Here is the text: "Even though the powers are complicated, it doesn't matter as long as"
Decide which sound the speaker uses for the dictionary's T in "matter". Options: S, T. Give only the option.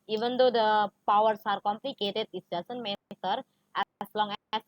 S